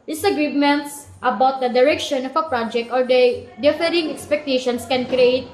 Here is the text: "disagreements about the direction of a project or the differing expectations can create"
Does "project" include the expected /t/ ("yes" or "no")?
yes